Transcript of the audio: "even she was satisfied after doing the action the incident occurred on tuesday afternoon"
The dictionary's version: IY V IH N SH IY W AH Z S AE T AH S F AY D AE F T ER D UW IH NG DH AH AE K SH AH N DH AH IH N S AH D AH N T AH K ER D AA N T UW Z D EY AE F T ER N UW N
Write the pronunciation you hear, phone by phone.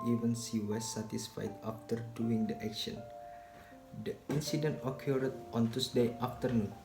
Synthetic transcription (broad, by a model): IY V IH N S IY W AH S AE T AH S F AY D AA F T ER D UW IH NG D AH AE K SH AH N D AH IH N S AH D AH N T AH K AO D AA N T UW S D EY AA F T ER N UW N